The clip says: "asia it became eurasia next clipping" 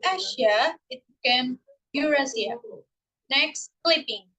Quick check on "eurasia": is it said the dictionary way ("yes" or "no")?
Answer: no